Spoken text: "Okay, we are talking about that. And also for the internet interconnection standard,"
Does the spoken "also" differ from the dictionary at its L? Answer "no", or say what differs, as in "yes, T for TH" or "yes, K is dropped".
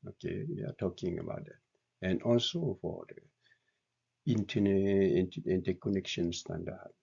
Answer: no